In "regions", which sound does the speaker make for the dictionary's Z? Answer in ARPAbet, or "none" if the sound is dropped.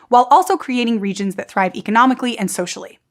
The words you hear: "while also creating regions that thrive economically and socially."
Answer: Z